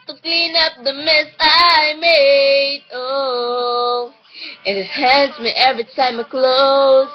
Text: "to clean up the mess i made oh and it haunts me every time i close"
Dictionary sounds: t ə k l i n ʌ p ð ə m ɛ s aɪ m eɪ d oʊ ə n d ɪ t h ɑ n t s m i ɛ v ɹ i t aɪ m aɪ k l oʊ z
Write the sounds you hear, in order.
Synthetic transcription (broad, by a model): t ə k l i n ʌ p ð ə m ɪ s aɪ m eɪ d oʊ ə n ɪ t h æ n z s m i ɛ v ɹ i t aɪ m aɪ k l oʊ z